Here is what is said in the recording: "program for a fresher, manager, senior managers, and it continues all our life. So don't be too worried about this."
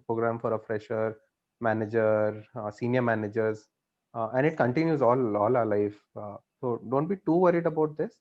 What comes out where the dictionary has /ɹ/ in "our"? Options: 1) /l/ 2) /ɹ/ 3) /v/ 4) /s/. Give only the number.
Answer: 1